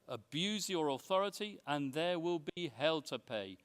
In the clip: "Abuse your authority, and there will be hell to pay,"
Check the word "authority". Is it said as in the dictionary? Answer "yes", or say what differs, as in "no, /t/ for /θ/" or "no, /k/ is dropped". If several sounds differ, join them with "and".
yes